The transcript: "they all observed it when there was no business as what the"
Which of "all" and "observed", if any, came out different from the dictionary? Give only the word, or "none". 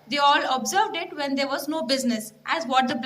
none